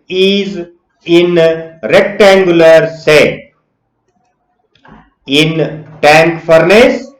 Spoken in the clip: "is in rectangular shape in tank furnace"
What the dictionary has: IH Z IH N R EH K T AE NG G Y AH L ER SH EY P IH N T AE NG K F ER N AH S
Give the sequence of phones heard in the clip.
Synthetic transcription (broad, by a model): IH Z IH N R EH K T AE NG G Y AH L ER S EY IH N T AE NG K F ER N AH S